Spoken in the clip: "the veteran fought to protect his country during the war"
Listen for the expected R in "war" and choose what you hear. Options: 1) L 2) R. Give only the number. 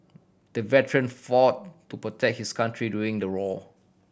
1